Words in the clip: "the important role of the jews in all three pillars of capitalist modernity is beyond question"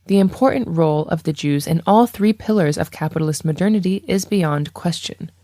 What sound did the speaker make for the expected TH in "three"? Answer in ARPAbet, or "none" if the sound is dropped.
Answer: TH